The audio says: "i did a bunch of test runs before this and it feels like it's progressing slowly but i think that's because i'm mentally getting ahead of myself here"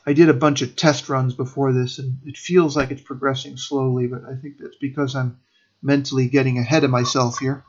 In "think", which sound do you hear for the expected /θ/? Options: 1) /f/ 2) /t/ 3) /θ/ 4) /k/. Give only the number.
3